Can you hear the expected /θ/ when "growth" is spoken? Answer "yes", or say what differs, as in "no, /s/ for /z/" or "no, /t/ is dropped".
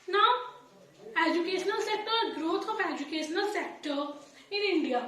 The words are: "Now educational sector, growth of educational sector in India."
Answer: no, /t/ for /θ/